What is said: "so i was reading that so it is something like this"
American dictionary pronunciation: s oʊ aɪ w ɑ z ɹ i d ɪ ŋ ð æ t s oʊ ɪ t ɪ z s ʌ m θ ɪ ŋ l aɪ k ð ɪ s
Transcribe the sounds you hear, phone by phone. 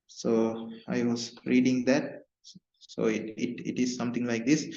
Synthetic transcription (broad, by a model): s oʊ aɪ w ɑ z ɹ i d ɪ ŋ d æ t s oʊ ɪ t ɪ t s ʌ m t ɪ ŋ l aɪ k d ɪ s